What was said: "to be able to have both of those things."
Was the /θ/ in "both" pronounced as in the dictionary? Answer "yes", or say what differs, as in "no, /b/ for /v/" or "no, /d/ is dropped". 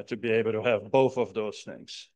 yes